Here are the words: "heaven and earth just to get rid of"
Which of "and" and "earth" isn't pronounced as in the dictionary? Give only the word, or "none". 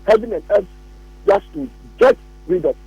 earth